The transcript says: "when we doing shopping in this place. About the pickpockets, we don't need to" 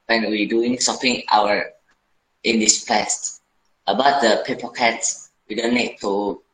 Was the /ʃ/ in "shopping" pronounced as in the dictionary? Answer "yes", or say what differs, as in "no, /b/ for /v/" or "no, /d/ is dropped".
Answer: no, /s/ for /ʃ/